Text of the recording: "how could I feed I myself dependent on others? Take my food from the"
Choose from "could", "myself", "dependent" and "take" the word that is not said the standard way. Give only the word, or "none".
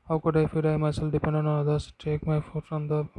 dependent